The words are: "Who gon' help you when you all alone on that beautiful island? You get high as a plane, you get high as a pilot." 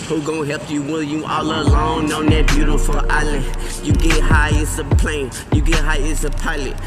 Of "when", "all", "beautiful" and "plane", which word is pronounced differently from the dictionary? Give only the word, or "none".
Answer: when